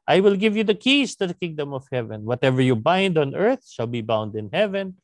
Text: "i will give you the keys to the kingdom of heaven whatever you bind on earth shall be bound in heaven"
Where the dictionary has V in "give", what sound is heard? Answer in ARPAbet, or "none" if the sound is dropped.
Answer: V